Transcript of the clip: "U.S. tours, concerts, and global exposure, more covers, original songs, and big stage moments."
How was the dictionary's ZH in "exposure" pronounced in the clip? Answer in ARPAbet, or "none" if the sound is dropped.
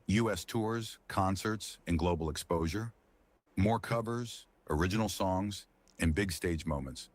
ZH